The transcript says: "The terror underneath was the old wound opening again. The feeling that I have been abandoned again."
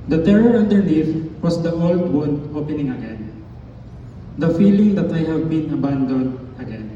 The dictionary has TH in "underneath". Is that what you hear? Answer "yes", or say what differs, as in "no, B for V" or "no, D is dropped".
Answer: no, F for TH